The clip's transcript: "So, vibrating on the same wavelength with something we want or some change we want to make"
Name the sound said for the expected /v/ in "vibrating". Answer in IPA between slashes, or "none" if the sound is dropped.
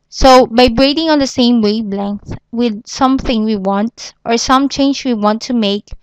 /b/